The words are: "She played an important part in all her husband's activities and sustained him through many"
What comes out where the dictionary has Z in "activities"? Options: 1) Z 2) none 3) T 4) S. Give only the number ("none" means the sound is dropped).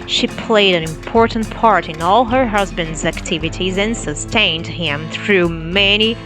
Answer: 1